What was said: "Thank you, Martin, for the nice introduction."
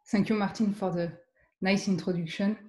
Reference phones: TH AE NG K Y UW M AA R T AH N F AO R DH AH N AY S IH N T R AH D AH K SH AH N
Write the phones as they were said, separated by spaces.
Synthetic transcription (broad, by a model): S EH K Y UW M AA R T AH N F AO R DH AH N AY S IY N T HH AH D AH K SH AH N